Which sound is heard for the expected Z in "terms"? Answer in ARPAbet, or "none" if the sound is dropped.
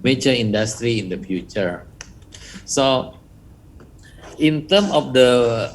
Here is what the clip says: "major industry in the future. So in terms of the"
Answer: none